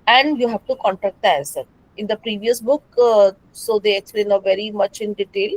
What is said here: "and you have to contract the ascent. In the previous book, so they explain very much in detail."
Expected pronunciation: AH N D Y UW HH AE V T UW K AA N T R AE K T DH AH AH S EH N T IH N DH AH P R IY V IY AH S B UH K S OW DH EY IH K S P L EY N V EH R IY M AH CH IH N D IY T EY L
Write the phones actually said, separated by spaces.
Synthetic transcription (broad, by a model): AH N D Y UW HH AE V T UW K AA N T R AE K T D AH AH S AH T IH N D AH P R IY V IY AH S B UH K S OW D EY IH K S P L EY N V EH R IY M AH CH IH N D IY T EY L